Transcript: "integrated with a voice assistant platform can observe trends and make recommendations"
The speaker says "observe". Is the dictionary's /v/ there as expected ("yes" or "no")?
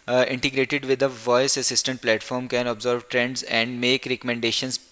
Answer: yes